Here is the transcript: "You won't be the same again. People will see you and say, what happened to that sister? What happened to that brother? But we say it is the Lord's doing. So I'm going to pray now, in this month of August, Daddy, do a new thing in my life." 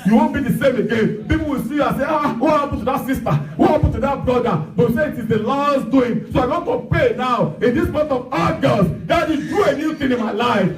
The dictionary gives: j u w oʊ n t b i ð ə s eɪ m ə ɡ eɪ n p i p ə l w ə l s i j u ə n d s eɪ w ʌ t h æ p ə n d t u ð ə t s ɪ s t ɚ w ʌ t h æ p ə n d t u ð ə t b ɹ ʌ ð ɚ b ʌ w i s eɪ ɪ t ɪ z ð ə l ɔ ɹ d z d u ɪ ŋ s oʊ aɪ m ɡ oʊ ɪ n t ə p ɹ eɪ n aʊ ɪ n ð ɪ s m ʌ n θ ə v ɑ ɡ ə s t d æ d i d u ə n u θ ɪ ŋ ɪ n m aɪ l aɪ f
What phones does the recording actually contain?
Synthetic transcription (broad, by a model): j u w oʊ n b i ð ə s eɪ m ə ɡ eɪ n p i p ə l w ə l s i j u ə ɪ s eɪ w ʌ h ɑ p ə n t u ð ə t s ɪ s t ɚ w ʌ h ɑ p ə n t u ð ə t b ɹ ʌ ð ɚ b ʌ w i s eɪ ɪ t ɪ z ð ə l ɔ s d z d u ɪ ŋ s oʊ aɪ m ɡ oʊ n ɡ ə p eɪ n aʊ ɪ n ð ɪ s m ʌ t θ ə v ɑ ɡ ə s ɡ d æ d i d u ə n u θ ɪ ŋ ɪ n m aɪ l aɪ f